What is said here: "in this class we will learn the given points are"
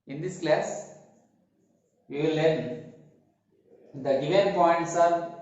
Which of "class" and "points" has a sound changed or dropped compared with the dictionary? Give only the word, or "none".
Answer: none